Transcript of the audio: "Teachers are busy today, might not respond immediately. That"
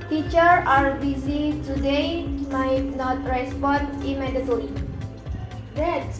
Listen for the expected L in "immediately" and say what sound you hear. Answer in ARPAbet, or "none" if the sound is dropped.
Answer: none